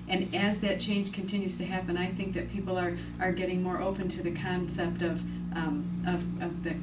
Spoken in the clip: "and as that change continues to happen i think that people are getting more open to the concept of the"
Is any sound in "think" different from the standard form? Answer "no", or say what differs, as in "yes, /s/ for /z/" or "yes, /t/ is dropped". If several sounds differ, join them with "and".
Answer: no